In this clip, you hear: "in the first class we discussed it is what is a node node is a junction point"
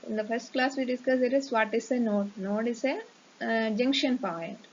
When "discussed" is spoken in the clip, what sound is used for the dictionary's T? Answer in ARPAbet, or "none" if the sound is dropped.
none